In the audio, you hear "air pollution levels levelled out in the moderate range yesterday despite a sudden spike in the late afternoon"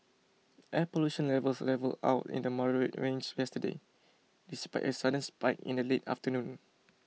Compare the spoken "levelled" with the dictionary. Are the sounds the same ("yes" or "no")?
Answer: no